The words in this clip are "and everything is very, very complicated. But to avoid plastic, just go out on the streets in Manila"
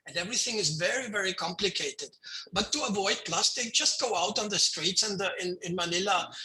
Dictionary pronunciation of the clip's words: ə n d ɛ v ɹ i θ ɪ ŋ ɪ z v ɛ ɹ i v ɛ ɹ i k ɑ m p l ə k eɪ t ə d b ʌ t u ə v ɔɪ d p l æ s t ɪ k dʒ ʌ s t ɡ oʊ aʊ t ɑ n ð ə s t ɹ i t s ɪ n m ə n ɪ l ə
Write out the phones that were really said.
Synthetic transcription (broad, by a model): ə n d ɛ v ɹ i θ ɪ ŋ ɪ z v ɛ ɹ i v ɛ ɹ i k ɑ m p l ə k eɪ t ə d b ʌ t u ə v ɔɪ d p l æ s t ɪ k dʒ ʌ s t ɡ oʊ aʊ t n ð ə s t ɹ i t s ɪ n m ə n ɪ l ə